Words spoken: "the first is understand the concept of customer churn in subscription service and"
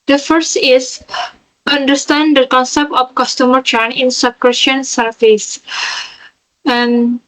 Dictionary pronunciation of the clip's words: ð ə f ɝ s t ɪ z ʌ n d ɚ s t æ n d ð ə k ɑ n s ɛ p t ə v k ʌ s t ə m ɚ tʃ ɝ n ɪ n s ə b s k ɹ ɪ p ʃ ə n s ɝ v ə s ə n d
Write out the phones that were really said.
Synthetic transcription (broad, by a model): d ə f ɝ s t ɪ s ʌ n d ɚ s t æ n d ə k ɑ n s ɛ p t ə f k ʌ s t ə m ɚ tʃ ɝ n ɪ n s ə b k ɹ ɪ ʃ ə n s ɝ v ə s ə n